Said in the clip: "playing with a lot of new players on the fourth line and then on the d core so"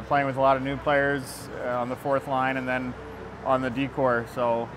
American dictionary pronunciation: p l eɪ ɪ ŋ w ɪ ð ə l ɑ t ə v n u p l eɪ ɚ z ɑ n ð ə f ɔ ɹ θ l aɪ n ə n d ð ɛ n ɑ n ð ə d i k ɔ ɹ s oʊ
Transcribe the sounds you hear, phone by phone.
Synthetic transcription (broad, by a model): p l eɪ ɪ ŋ w ɪ ð ə l ɑ t ə v n u p l eɪ ɚ z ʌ n ð ə f ɔ ɹ θ l aɪ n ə n ð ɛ n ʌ n ð ə d i k ɔ ɹ s oʊ